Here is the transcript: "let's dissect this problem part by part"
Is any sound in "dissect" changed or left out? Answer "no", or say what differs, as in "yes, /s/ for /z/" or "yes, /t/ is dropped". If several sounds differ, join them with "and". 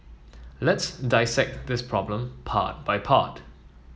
no